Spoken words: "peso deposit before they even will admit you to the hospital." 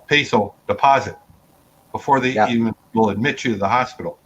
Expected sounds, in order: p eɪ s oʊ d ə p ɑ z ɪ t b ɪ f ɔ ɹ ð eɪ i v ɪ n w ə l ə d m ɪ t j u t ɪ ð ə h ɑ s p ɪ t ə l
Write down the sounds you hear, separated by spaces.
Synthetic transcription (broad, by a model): p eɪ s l d ə p ɑ z ɪ t b ɪ f ɔ ɹ ð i i v ɪ n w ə l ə d m ɪ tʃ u t ɪ ð ə h ɑ s p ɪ t l